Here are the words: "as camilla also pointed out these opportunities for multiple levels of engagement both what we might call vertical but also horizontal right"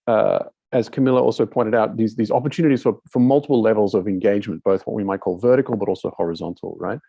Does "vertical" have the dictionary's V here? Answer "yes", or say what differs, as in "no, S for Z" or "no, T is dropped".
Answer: yes